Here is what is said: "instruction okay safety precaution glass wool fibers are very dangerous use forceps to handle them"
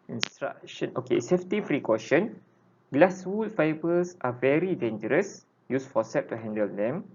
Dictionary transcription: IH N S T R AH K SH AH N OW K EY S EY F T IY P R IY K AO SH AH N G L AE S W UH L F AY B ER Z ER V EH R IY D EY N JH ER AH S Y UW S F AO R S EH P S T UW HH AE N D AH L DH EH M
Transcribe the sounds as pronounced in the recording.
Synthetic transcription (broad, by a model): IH N S T R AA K SH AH N OW K EY S EY F T IY F R IY K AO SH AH N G L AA S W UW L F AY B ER S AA V EH R IY D EY N JH ER AH S Y UW S F AO S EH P T UW HH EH N D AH L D EH M